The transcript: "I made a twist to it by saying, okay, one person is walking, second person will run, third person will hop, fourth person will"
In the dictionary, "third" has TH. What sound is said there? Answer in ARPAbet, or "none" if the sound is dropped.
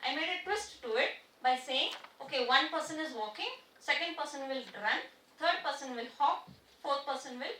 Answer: T